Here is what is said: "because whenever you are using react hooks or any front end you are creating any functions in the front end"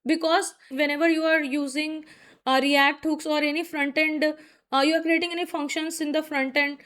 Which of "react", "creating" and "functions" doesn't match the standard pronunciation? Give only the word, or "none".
functions